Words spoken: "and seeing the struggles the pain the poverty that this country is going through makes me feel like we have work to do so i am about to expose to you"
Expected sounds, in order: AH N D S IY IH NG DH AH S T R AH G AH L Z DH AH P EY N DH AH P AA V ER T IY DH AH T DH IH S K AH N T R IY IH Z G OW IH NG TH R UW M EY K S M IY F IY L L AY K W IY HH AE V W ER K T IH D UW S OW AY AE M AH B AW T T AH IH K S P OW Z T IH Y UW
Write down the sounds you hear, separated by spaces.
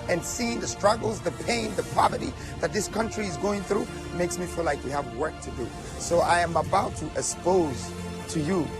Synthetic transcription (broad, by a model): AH N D S IY IH NG DH AH S T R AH G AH L Z DH AH P EY N DH AH P AA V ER T IY DH AH T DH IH S K AH N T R IY IH Z G OW IH NG TH R UW M EY K S M IY F IY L L AY K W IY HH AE V W ER K T IH D UW S OW AY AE M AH B AW T T AH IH K S P OW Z T IH Y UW